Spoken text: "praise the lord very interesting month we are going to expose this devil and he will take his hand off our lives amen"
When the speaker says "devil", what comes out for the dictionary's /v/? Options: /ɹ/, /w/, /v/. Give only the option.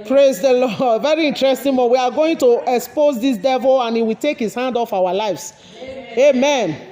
/v/